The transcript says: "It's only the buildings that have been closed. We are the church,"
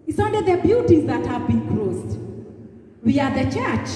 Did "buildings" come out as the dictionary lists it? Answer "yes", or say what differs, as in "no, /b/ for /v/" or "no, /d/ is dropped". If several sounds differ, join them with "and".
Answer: no, /ŋ/ is dropped